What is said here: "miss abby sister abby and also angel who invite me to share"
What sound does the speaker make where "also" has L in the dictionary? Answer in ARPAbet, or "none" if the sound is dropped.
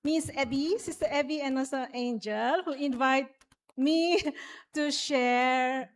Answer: none